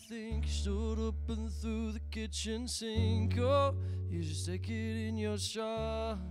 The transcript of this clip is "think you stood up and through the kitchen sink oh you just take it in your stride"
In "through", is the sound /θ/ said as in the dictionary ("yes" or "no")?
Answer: yes